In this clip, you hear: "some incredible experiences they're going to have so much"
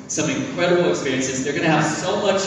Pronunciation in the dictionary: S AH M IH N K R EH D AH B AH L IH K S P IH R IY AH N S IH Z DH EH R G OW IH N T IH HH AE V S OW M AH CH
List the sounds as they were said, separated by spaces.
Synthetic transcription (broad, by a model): S AH M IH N K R EH D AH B L IH K S P IH R IY AH N S IH Z DH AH R G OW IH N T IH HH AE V S OW M AH CH